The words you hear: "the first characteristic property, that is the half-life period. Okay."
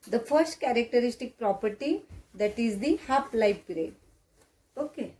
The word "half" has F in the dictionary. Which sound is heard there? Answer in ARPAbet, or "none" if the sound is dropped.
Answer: P